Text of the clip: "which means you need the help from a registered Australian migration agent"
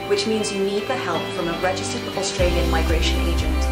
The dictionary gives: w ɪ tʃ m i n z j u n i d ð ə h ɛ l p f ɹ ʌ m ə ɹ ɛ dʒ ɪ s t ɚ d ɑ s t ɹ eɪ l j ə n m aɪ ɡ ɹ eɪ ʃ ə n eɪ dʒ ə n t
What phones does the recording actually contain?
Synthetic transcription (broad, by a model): w ɪ tʃ m i n z j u n i d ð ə h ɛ l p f ɹ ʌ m ə ɹ ɛ dʒ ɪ s t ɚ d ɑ s t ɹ eɪ l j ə n m aɪ ɡ ɹ eɪ ʃ ə n eɪ dʒ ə n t